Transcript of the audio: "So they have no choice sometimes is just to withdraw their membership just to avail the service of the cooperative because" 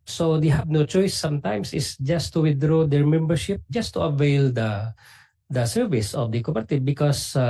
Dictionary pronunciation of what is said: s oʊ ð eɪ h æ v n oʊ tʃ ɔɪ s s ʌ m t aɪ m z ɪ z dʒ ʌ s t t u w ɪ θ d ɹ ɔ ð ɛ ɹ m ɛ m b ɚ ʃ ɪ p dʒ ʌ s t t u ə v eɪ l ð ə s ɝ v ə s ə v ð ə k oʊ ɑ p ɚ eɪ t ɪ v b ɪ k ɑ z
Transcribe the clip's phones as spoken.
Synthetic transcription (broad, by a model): s oʊ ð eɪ h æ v n oʊ tʃ ɔɪ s s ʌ m t aɪ m s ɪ s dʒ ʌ s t t u w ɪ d ɹ ɔ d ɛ ɹ m ɛ m b ɚ ʃ ɪ p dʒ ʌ s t t u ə v eɪ l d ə s ɝ v ə s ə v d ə k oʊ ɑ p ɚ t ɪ b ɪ k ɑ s